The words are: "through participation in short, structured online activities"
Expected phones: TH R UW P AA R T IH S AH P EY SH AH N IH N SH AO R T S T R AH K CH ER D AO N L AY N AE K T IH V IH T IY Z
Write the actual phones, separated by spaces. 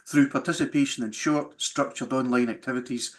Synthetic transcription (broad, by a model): TH R UW P AA R T IH S AH P EY SH AH N IH N SH AO R T S T R AH K CH ER D AO N L AY N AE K T IH V IH T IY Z